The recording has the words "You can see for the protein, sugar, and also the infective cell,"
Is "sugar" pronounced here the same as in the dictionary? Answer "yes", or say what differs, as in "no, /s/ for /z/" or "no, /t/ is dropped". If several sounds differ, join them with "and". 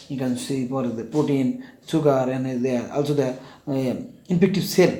no, /s/ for /ʃ/